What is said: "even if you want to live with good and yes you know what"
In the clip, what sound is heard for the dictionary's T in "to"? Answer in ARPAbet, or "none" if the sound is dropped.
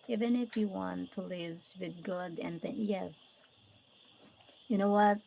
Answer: T